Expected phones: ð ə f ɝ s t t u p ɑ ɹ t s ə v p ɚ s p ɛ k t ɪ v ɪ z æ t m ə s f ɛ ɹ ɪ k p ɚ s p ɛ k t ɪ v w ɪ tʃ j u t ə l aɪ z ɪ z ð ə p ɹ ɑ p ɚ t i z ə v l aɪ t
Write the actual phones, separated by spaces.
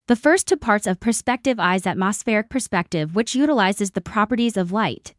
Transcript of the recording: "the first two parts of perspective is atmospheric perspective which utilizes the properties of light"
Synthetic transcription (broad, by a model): ð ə f ɝ s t t u p ɑ ɹ t s ə v p ɚ s p ɛ k t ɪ v ɪ z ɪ t m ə s f ɛ ɹ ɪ k p ɚ s p ɛ k t ɪ v w ɪ tʃ j u t ə l aɪ z ɪ z ð ə p ɹ ɑ p ɚ t i z ə v l aɪ t